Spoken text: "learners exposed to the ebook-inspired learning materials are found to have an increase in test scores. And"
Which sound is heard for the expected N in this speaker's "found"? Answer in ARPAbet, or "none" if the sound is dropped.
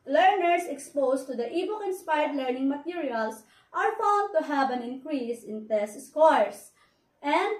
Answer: L